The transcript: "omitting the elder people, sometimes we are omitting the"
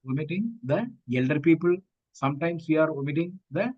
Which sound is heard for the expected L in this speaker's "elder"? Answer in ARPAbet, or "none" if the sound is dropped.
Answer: L